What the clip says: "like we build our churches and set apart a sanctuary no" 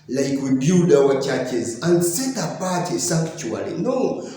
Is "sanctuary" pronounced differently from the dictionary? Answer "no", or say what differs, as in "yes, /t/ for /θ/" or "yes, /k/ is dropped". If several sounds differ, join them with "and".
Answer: yes, /ŋ/ is dropped and /l/ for /ɹ/